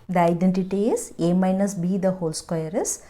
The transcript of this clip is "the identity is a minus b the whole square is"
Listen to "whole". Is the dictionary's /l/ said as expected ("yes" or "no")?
yes